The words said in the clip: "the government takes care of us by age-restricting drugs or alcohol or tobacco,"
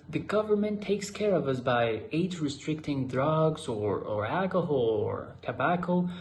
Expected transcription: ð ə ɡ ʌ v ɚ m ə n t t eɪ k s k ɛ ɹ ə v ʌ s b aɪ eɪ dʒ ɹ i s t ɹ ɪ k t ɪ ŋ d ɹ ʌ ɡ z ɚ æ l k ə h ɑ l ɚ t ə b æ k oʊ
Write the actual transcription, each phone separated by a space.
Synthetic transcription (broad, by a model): ð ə ɡ ʌ v ɚ m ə n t t eɪ k s k ɛ ɹ ə v ʌ s b aɪ eɪ z ɹ i s t ɹ ɪ k t ɪ ŋ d ɹ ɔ ɡ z ɚ æ l k ə h ɑ l ɚ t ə b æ k oʊ